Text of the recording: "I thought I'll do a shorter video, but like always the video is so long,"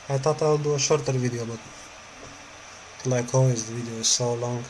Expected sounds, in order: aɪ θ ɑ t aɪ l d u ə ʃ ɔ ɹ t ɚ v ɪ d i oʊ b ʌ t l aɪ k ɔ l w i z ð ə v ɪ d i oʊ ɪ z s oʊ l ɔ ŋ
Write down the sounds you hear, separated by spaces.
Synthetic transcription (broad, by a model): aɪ t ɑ t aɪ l d u ə ʃ ɔ ɹ t ɚ v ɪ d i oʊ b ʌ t l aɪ k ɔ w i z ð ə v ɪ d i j ɪ z s oʊ l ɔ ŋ